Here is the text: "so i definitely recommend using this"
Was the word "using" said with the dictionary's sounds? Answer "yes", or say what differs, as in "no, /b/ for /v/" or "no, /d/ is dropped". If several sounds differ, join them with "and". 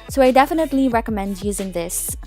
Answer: yes